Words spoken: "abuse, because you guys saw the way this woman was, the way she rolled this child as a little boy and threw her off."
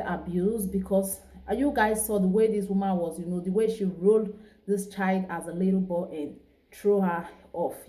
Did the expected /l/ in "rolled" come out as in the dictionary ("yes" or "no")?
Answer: yes